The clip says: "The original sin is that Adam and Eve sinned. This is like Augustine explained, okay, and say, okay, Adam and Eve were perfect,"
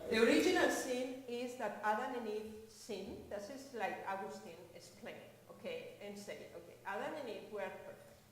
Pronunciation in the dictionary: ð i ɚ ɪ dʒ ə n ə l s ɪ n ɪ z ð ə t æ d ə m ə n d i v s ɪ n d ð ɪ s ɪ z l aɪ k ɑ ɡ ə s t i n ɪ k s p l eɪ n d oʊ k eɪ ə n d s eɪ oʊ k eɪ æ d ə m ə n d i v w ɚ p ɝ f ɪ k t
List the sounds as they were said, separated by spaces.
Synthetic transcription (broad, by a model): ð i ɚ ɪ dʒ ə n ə l s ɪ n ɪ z ð ə t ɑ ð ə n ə n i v s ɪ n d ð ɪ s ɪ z l aɪ k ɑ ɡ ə s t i n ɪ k s p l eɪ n oʊ k eɪ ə n s eɪ oʊ k eɪ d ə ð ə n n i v w ɚ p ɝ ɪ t